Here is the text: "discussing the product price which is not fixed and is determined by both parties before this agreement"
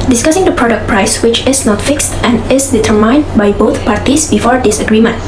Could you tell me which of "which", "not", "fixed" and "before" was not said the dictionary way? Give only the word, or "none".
none